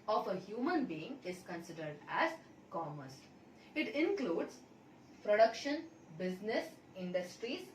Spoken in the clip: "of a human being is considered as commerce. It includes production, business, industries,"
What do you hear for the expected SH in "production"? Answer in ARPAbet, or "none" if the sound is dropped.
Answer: SH